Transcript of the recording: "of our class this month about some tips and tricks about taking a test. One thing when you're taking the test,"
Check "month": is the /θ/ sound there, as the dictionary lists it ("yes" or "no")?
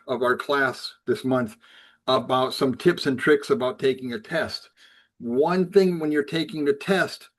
yes